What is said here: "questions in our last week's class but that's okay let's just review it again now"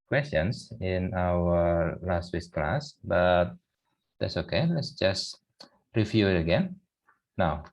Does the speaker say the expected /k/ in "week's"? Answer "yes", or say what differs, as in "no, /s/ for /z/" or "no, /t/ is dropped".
no, /k/ is dropped